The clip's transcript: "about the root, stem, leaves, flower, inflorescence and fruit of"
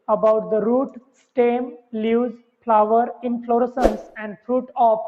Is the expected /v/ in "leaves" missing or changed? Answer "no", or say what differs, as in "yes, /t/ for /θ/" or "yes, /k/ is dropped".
yes, /v/ is dropped